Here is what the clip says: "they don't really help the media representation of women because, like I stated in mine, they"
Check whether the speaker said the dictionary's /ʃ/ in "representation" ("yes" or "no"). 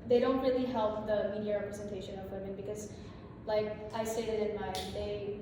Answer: yes